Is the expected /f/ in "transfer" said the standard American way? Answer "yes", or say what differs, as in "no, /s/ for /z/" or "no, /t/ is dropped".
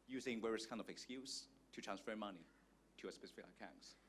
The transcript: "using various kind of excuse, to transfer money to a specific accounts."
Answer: yes